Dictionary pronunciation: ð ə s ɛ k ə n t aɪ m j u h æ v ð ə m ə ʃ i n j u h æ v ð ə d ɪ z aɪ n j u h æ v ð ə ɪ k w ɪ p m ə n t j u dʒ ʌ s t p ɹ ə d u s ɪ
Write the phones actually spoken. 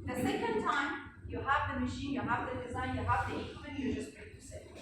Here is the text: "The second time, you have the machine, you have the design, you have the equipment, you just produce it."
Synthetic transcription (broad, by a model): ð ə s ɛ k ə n t aɪ m j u h æ v ð ə m ə ʃ i n j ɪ h æ v ð ə d ɪ z aɪ n j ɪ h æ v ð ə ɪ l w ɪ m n j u dʒ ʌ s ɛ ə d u s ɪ